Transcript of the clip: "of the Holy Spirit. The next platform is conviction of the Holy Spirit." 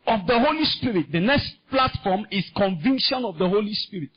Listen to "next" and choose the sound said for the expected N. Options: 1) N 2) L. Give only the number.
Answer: 1